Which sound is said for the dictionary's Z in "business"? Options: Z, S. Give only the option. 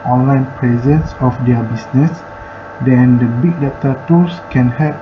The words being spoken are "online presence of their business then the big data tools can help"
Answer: S